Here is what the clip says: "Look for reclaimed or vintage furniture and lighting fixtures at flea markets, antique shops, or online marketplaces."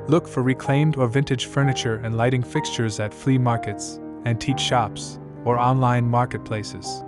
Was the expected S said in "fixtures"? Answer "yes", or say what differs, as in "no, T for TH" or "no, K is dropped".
yes